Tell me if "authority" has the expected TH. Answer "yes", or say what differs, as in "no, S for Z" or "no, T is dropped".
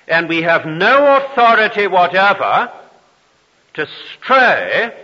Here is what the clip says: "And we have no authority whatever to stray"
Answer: yes